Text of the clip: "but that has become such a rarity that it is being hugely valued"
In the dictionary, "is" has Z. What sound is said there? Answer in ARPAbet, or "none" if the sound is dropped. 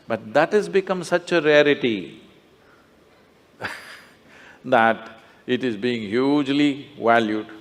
Z